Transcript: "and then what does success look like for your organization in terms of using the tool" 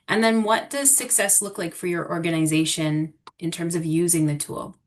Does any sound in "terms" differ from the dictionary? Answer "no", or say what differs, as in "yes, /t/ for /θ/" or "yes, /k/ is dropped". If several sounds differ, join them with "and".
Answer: no